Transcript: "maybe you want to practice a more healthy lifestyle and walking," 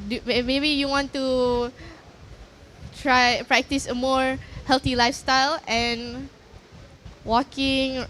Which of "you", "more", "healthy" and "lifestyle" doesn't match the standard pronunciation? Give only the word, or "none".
healthy